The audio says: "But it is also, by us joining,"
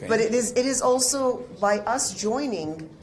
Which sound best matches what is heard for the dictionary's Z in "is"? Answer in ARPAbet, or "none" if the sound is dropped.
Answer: Z